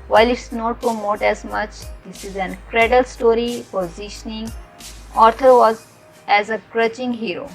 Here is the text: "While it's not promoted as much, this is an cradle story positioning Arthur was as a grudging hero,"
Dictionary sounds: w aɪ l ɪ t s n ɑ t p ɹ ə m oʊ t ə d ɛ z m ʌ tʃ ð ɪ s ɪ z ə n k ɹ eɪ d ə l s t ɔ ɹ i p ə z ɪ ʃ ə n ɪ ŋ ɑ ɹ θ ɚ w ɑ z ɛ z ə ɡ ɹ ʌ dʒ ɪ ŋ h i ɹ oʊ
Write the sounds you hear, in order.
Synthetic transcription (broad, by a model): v aɪ l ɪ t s n ɑ t p ɹ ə m oʊ t ɛ z m ʌ tʃ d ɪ s ɪ z ə n k ɹ eɪ d ə l s t ɔ ɹ i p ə z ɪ ʃ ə n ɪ ŋ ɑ ɹ t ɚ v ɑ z ɛ z ə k ɹ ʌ tʃ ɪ ŋ h i ɹ oʊ